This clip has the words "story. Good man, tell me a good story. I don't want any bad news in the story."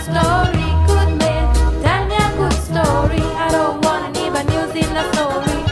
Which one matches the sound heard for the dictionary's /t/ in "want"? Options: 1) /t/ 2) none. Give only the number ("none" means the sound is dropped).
2